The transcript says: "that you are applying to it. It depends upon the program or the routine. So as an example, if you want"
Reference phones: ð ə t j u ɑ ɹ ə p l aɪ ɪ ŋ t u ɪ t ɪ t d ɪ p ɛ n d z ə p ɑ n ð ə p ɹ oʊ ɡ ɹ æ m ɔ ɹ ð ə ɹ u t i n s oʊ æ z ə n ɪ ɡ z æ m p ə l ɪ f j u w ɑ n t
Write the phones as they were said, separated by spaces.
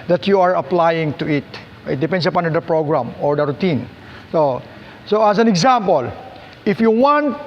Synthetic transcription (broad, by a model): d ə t j u ɑ ɹ ə p l aɪ ɪ ŋ t u ɪ t ɪ t d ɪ p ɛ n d s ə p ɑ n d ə p ɹ oʊ ɡ ɹ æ m ɔ ɹ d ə ɹ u t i n s oʊ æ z ə n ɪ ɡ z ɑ m p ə l ɪ f j u w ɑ n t